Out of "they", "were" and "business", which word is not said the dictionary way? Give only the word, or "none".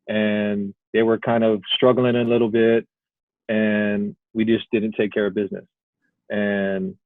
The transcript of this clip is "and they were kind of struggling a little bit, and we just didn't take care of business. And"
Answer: none